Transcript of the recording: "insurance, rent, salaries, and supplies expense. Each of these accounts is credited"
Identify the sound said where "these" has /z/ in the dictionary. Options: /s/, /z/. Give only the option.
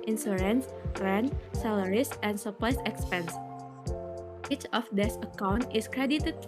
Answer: /s/